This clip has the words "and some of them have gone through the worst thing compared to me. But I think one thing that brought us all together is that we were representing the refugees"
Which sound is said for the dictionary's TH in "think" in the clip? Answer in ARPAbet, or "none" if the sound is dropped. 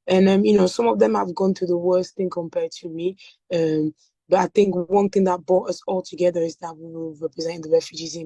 TH